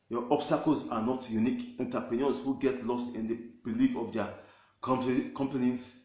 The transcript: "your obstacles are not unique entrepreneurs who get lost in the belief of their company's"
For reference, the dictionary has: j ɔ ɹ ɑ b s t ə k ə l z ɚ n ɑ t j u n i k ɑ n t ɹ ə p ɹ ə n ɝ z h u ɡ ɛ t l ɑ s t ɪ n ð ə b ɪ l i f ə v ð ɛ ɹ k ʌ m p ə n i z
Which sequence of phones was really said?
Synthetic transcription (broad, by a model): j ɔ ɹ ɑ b s t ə k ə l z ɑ n ɑ t j u n i k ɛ n t ə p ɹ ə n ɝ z h u ɡ ɛ t l ɑ s t ɪ n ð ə b ɪ l i f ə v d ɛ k k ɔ m p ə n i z